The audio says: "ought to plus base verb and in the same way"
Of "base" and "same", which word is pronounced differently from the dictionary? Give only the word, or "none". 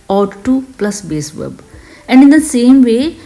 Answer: none